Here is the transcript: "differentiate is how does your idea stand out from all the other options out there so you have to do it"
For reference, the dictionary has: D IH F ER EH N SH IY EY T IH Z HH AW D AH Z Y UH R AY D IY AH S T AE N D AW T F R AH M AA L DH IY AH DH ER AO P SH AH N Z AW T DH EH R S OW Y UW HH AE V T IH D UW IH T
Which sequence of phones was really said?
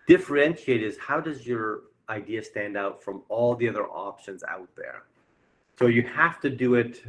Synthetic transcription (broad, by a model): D IH F ER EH N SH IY EY T IH Z HH AW D AH Z Y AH R AY D IY AH S T AE N D AW T F R AH M AA L DH IY AH DH ER AO P SH AH N Z AW T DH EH R S OW Y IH HH AE F T IH D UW IH T